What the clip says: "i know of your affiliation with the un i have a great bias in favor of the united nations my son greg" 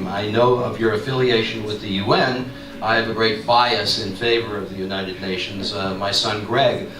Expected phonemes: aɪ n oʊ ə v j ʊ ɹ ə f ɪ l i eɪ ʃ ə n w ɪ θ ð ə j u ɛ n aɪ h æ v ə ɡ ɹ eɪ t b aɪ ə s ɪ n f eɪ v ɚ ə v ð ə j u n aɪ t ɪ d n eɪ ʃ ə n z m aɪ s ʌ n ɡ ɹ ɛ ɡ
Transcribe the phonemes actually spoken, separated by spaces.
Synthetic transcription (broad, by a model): aɪ n oʊ ə v j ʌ ɹ ə f ɪ l i eɪ ʃ ə n w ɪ ð ə j u ɛ n aɪ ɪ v ə ɡ ɹ eɪ t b aɪ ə s ɪ n f eɪ v ɚ ə v ð ə j u n aɪ t ɪ d n eɪ ʃ ə n z m aɪ s ʌ n ɡ ɹ ɛ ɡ